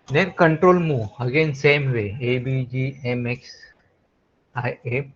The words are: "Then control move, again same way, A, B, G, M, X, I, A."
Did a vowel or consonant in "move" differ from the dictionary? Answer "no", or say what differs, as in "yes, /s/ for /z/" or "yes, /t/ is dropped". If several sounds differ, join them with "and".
yes, /v/ is dropped